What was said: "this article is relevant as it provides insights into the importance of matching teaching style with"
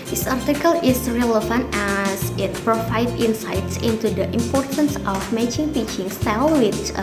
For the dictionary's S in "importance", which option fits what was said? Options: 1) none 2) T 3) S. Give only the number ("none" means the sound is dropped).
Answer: 3